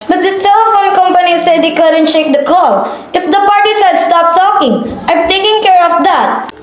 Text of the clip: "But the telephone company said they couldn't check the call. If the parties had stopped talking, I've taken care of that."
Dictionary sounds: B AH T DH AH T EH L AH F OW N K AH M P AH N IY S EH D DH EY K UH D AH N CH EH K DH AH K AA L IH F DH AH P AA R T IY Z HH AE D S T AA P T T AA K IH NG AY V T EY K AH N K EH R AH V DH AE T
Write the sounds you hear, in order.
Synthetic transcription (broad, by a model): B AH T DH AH S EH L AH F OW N K AH M P AH N IY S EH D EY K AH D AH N SH EH K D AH K AA L IH F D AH P AA R T IY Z HH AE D S T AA P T T AA K IH NG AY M T EY K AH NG K EH R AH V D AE T